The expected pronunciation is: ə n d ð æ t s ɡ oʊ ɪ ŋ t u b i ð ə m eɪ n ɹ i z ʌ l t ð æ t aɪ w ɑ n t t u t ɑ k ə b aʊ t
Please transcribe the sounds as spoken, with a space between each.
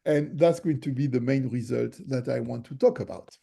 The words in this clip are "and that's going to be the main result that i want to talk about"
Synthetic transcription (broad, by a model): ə n ð æ t s ɡ oʊ ɪ ŋ t u b i ð ə m eɪ n ɹ i z ʌ l t ð æ t aɪ w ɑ n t t u t ɑ k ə b aʊ t